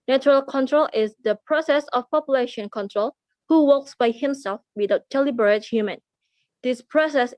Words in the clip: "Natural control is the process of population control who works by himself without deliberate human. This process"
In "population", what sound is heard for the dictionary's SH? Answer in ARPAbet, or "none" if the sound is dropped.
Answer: SH